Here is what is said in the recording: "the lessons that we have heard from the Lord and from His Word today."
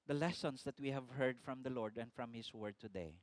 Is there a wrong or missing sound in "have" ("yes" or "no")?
no